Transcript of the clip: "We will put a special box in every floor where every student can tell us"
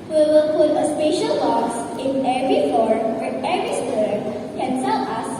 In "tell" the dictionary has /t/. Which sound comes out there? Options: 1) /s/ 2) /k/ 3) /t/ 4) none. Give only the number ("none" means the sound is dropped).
1